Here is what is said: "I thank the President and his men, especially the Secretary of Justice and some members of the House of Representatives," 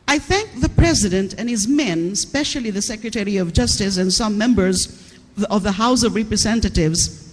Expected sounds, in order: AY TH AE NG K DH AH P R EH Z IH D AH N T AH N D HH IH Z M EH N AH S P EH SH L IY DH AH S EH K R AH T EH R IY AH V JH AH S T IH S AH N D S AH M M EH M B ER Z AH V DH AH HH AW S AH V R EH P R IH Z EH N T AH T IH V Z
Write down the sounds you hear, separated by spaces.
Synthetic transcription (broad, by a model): AY TH AE NG K DH AH P R EH Z IH D AH N T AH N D HH IH Z M EH N S P EH SH L IY DH AH S EH K R AH T EH R IY AH V JH AH S T IH S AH N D S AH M M EH M B ER Z AH V DH AH HH AW S AH V R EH P R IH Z EH N T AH T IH V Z